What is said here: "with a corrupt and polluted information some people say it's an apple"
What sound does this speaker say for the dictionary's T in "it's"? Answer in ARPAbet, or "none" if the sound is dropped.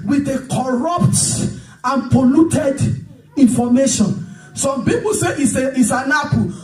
S